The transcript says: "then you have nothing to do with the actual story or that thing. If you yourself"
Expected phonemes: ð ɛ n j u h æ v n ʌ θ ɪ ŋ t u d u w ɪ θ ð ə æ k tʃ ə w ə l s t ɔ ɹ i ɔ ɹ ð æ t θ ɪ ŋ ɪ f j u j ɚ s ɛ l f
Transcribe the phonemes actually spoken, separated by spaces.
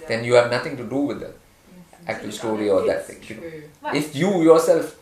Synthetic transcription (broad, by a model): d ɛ n j u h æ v n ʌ t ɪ ŋ t u d u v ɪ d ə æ k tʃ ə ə l s t ɔ ɹ i ɔ ɹ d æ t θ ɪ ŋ ɪ f j u j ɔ s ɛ l f